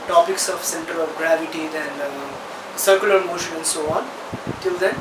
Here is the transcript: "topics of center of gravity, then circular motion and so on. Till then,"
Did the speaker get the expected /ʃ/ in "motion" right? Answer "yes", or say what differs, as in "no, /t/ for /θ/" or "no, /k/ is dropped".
yes